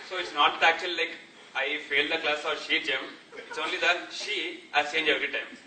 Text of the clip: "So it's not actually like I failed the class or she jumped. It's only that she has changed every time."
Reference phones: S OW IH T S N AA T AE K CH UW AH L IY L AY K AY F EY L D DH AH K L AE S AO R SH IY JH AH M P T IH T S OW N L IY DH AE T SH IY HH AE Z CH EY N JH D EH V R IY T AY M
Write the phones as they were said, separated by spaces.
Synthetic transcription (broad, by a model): S OW IH T S N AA T AE K CH UW AH L IY L AY K AY F EY L D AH K L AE S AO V SH IY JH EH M IH T S OW N L IY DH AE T SH IY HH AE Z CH EY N JH EH V R IY T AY M